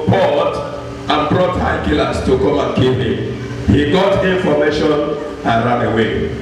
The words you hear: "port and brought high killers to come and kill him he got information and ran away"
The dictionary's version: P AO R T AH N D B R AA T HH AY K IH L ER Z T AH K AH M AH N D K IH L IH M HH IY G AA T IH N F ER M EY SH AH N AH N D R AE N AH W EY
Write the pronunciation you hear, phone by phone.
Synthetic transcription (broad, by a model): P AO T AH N B R AA T HH AY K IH L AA S T AH K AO M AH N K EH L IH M HH IY G AA T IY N F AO M EY SH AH N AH N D R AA N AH W EY